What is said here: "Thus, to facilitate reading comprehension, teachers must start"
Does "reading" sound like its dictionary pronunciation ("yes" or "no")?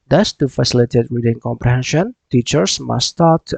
no